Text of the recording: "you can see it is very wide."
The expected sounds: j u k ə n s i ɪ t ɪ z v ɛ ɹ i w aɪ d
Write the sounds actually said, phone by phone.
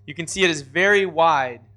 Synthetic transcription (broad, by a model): j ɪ k ə n s i ɪ t ɪ z v ɛ ɹ i w aɪ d